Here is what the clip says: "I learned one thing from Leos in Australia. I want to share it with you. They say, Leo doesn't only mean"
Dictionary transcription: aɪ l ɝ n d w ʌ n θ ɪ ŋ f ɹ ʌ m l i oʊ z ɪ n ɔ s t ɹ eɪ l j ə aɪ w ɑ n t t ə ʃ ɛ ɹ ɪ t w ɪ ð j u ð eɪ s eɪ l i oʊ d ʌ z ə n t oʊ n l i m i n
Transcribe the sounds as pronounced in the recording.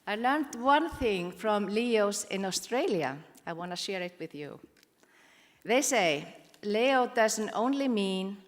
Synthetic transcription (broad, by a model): aɪ l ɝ n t w ʌ n θ ɪ ŋ f ɹ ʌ m l i oʊ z ɪ n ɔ s t ɹ eɪ l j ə aɪ w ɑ n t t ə ʃ ɛ ɹ ɪ t w ɪ ð j u ð eɪ s eɪ l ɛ oʊ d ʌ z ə n t oʊ n l i m i n